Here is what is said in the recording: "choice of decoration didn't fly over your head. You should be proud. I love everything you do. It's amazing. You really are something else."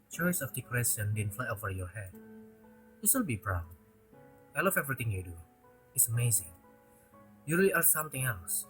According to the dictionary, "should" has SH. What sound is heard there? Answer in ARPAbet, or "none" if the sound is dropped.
S